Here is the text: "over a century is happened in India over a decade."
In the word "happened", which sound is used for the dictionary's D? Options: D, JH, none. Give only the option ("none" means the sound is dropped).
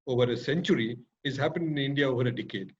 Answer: none